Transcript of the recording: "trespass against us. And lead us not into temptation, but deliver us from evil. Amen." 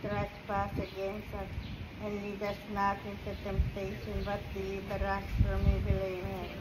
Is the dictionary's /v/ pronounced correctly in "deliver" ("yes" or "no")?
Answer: no